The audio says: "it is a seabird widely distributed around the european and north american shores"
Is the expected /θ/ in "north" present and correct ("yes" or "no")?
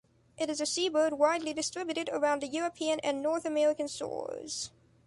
yes